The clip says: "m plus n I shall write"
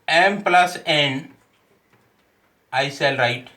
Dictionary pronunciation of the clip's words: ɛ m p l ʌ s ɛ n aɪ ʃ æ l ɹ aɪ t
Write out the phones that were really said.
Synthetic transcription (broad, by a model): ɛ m p l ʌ s ɛ n aɪ s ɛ l ɹ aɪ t